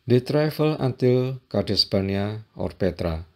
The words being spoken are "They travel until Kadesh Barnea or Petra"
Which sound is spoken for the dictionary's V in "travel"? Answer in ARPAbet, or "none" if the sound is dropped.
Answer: F